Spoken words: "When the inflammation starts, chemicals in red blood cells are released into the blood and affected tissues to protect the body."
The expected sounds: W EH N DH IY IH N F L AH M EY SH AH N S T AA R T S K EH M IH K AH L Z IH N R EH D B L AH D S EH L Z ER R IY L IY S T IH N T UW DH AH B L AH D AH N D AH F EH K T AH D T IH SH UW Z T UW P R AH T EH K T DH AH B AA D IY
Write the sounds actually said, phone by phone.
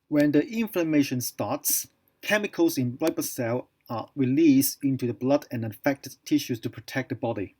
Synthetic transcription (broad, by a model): W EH N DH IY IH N F L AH M EY SH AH N S T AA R T S K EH M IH K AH L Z IH N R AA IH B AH S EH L ER R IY L IY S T IH N T UW DH AH B L AH D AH N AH F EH K T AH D T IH SH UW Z T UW P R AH T EH K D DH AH B AA D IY